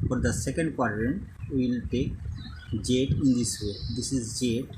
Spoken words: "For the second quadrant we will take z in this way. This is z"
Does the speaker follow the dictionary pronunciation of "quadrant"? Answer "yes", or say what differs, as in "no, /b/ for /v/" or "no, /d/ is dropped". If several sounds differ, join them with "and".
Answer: yes